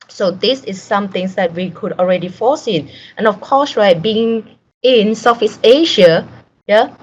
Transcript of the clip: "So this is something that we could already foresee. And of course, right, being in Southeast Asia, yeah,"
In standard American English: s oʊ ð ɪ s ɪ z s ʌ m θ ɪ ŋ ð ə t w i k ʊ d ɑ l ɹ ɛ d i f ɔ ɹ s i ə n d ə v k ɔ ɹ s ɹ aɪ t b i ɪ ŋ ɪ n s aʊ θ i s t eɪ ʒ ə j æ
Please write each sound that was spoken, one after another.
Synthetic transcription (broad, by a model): s oʊ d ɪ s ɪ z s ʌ m t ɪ ŋ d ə t w i k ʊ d ɑ l ɹ ɛ d i f ɔ s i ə n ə f k ɔ s ɹ aɪ t b i ɪ ŋ ɪ n s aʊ f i s eɪ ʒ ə j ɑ